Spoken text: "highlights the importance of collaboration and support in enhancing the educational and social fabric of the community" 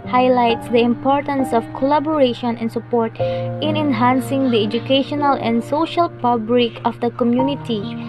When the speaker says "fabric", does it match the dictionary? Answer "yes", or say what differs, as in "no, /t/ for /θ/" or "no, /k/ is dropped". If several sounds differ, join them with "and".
no, /p/ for /f/ and /l/ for /ɹ/